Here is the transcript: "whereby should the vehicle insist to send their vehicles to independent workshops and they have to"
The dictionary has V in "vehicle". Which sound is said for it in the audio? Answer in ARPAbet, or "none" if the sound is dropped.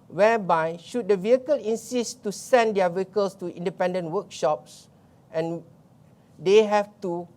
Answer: V